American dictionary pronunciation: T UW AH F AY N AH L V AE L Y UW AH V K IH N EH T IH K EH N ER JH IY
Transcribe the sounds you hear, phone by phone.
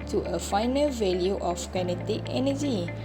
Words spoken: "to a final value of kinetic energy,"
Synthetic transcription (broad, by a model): T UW AH F AY N AH L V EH L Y UW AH F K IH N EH T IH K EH N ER JH IY